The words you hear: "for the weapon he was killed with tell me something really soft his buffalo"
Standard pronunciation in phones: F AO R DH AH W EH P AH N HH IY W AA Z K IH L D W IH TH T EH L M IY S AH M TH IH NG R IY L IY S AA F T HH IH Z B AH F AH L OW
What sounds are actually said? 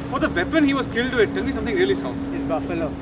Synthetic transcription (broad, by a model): F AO R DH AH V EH P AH N HH IY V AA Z K IH L D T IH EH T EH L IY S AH M T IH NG R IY L IY S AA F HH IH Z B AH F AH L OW